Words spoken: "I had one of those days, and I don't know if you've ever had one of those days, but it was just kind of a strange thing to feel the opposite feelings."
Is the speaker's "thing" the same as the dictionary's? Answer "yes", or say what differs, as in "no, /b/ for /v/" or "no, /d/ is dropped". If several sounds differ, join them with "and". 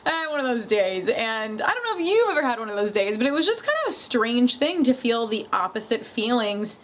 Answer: yes